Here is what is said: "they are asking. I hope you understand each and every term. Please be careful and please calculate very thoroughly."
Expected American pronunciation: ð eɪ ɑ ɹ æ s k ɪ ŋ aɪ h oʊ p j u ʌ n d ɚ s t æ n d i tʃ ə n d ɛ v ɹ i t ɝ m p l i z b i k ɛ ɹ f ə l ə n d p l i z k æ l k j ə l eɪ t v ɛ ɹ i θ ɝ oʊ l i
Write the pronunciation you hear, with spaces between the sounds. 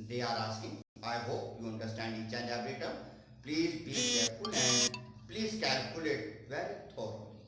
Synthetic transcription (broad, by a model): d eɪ ɑ ɹ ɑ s ɪ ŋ aɪ h oʊ p j u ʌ n d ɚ s t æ n d i tʃ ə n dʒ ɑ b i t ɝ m p l i z b i k ɛ ɹ f ə l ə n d p l i z k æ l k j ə l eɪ t v ɛ ɹ i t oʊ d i